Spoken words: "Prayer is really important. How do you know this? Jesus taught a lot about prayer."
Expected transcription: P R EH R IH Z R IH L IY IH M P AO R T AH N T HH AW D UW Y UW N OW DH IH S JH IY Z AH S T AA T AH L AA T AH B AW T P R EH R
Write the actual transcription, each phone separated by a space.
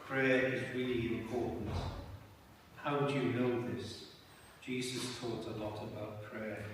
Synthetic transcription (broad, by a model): P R EH R IH Z R IH L IY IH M P AO R T N T HH AW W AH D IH N OW DH IH S JH IY Z AH S T AA T AH L AA T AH B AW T P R EH